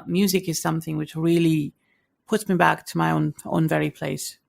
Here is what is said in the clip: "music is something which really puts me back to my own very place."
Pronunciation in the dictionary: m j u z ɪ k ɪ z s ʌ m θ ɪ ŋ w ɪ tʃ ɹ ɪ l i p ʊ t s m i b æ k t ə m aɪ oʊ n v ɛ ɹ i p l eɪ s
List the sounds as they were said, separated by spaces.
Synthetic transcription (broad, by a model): m j u z ɪ k ɪ z s ʌ m θ ɪ ŋ w ɪ tʃ ɹ ɪ l i p ʊ t s m i b æ k t ə m aɪ oʊ n v ɛ ɹ i p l eɪ s